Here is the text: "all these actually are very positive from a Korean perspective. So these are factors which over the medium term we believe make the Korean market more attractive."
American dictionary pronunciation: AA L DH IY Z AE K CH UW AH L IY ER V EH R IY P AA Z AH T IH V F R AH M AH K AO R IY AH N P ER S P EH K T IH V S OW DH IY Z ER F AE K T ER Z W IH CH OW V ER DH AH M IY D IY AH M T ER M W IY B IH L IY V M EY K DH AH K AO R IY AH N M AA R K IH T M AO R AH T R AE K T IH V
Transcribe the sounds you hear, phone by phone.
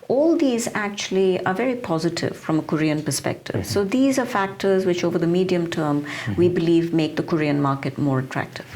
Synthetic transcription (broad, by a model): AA L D IY Z AE K CH UW AH L IY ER V EH R IY P AA Z AH T IH V F R AH M AH K AO R IY AH N P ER S P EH K T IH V S OW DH IY Z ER F AE K T ER Z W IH CH OW V ER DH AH M IY D IY AH M T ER M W IY B IH L IY V M EY K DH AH K AO R IY AH N M AA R K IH T M AO R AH T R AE K T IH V